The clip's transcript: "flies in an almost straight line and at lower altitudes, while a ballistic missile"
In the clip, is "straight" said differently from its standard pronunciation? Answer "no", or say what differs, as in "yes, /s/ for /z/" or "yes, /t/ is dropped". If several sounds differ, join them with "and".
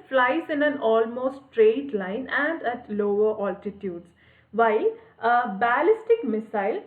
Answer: no